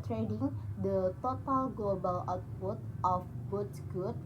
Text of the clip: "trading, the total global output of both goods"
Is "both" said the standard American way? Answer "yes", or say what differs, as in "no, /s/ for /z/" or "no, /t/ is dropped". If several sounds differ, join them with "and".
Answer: no, /t/ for /θ/